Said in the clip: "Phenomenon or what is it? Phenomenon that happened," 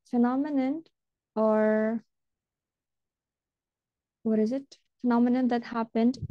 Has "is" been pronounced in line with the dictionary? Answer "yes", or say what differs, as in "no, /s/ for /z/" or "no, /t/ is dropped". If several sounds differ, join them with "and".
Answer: yes